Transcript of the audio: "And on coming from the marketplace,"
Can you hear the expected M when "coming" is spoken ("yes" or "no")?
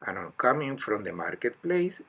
yes